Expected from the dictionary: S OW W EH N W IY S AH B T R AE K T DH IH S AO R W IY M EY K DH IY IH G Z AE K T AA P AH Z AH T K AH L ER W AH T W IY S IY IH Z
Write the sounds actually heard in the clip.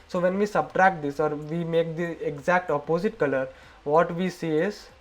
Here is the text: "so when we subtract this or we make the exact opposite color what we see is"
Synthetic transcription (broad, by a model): S OW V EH N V IY S AH B T R AE K T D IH S AO R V IY M EY K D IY IH G Z AE K T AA P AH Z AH T K AH L ER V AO T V IY S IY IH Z